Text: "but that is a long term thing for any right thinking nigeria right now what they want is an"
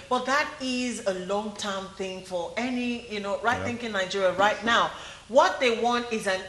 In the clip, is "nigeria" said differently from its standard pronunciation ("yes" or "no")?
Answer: no